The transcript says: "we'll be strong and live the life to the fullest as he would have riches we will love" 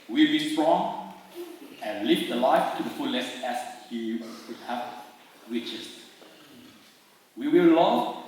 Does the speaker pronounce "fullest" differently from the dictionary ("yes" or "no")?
yes